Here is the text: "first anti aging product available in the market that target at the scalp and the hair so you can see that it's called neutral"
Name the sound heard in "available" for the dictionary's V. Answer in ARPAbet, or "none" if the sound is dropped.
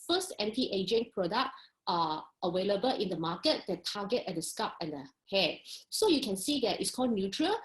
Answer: W